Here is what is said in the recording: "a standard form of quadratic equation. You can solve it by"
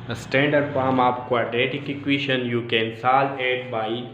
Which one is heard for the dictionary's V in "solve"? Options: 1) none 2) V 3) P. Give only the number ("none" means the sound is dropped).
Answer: 1